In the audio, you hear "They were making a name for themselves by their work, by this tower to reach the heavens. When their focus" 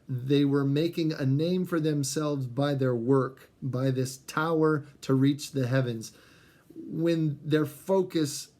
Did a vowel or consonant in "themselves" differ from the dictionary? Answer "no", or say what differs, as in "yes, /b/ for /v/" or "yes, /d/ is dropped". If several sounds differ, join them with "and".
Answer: no